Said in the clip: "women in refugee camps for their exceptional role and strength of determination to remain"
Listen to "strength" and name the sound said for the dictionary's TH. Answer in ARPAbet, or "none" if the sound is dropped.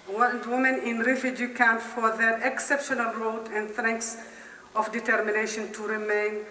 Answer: S